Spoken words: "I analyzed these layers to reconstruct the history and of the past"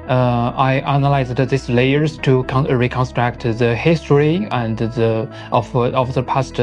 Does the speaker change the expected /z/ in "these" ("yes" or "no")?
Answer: yes